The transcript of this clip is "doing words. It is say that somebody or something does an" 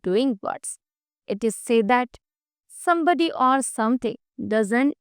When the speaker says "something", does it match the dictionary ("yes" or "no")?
no